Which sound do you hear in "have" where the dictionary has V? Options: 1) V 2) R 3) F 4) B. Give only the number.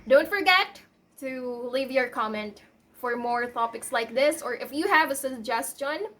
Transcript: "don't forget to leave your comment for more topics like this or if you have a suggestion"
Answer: 1